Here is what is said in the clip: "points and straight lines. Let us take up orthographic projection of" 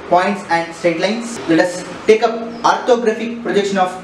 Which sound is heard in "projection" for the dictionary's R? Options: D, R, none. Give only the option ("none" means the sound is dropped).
R